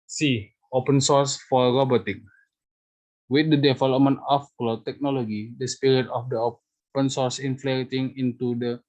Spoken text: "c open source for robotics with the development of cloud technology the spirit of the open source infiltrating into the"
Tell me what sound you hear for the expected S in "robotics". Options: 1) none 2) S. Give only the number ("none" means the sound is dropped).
1